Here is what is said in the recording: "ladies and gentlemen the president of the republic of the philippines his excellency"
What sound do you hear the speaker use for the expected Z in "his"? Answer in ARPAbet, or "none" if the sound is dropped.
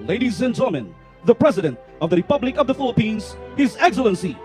Z